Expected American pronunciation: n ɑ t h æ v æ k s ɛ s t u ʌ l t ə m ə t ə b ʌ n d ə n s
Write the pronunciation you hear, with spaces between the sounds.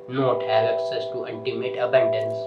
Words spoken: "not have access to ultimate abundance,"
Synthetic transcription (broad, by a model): n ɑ t h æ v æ k s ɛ s t u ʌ n t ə m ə t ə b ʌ n d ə n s